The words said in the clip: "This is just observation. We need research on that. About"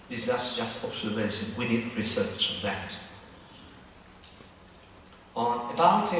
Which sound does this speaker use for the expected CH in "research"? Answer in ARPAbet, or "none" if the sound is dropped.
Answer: CH